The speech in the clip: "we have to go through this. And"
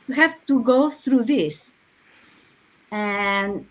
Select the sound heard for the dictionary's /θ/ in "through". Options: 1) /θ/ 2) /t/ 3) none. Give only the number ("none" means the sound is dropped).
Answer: 1